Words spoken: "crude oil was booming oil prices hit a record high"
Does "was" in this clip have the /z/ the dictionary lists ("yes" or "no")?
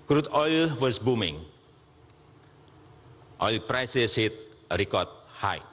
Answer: no